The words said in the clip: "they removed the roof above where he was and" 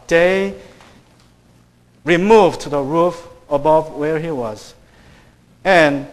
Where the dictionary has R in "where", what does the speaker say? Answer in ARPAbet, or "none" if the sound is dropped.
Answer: R